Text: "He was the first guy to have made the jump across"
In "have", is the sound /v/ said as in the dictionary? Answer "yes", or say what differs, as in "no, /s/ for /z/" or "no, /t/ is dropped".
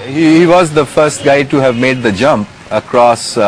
yes